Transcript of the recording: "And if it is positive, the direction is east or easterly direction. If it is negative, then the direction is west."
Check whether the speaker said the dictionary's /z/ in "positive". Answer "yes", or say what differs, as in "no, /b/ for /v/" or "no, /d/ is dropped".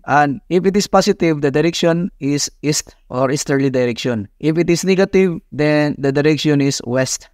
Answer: no, /s/ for /z/